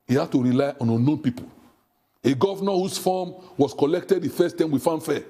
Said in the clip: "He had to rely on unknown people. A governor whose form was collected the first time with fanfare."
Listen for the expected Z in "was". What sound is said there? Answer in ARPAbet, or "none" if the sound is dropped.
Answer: S